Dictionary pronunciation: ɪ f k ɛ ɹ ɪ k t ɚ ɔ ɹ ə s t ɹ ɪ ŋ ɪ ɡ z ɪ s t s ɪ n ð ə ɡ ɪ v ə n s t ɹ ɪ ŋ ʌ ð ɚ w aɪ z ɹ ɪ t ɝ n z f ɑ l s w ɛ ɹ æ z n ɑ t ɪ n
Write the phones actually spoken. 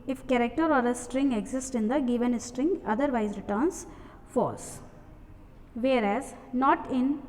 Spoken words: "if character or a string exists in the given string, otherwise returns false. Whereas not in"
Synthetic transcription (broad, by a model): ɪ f k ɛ ɹ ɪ k t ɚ ɔ ɹ ə s t ɹ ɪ ŋ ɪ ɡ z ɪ s t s ɪ n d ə ɡ ɪ v ə n s t ɹ ɪ ŋ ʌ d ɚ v aɪ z ɹ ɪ t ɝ n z f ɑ s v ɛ ɹ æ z n ɑ t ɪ n